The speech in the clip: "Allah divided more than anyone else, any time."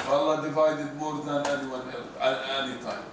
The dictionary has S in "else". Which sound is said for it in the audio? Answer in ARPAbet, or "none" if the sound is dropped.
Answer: none